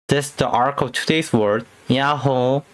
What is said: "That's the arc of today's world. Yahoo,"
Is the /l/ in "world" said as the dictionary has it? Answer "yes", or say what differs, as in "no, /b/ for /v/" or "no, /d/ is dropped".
no, /l/ is dropped